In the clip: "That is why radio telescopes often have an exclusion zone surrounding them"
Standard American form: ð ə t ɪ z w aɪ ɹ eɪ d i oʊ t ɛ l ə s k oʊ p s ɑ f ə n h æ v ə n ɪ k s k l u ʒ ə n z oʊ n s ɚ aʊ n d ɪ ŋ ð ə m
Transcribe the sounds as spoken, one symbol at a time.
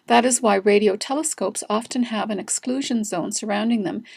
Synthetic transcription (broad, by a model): ð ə t ɪ z w aɪ ɹ eɪ d i oʊ t ɛ l ə s k oʊ p s ɑ f ə n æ v ə n ɪ k s k l u ʒ ə n z oʊ n s ɚ aʊ n d ɪ ŋ ð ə m